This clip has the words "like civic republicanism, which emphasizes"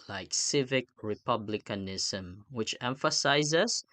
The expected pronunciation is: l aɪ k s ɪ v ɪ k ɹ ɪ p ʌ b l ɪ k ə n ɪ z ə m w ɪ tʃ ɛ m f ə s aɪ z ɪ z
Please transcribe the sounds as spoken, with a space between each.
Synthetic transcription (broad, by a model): l aɪ k s ɪ v ɪ k ɹ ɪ p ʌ b l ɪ k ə n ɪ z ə m w ɪ tʃ ɛ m f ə s aɪ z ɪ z